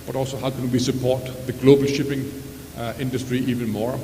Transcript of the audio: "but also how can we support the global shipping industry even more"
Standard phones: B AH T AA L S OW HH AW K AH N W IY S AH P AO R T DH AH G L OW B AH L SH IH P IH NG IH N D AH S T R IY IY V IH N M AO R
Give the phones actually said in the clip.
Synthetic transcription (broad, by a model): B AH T AA L S OW HH AW K AH N W IY S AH P AO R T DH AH G L OW B AH L SH IH P IH NG IH N D AH S T R IY IY V IH N M AO R